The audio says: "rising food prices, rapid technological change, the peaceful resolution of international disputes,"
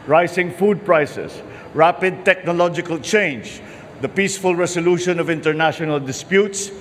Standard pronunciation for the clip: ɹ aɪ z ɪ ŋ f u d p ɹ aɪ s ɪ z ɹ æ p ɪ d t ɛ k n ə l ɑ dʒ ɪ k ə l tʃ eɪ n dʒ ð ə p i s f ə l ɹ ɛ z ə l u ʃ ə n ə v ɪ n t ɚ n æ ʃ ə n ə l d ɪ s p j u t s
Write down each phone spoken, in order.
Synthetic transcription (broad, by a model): ɹ aɪ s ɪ ŋ f u d p ɹ aɪ s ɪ s ɹ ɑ p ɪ d t ɛ k n ə l ɑ dʒ ɪ k ə l tʃ eɪ n dʒ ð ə p i s f ə l ɹ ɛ s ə l u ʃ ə n ə v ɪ n t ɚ n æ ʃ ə n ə l d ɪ s p j u t s